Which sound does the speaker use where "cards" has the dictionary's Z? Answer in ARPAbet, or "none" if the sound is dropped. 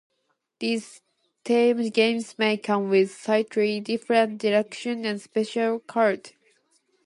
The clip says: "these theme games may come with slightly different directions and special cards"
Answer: none